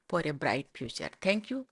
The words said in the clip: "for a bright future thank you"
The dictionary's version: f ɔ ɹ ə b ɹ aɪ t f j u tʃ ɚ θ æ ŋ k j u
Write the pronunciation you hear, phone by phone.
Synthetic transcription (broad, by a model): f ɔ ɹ ə b ɹ aɪ t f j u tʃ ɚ t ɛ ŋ k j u